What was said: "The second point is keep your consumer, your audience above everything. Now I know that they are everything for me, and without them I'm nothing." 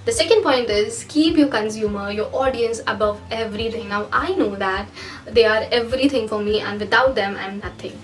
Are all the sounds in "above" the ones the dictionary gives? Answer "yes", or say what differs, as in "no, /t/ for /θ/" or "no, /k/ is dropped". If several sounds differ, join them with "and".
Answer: yes